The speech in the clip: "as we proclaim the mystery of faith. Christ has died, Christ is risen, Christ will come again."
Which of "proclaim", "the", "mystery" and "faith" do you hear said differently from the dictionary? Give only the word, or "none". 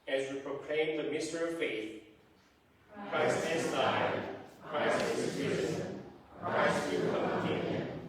none